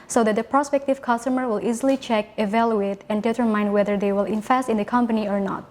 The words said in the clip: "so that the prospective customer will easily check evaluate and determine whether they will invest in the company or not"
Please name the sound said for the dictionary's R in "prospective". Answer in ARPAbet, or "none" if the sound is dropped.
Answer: R